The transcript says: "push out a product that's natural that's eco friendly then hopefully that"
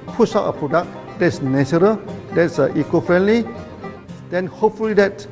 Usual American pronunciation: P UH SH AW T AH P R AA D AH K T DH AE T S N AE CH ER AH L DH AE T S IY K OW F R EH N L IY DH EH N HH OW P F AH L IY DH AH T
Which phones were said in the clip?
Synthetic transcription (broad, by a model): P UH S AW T AH P R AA D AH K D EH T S N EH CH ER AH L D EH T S IY K OW F R EH N L IY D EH N HH OW P F AH L IY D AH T